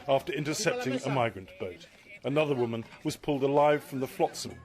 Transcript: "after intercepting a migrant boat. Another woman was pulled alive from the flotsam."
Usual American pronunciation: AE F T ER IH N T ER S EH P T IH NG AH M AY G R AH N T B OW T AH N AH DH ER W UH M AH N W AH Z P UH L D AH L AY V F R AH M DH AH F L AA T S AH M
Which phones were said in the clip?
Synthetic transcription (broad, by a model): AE F T ER IH N T ER S EH P T IH NG AH M AY G R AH N B OW T AH N AH DH ER W UH M AH N W AH Z P UH L D AH L AY V F R AH M DH AH F L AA T S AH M